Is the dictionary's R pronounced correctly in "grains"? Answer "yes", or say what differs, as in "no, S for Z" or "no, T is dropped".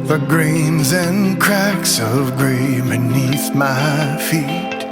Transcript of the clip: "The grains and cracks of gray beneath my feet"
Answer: yes